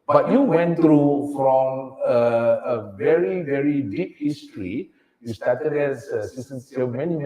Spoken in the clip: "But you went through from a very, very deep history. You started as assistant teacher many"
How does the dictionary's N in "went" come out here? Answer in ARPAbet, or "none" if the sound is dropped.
N